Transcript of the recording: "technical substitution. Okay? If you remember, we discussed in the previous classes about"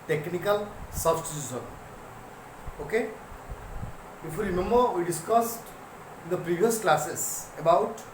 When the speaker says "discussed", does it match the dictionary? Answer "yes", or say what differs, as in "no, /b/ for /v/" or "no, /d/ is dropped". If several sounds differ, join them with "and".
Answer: yes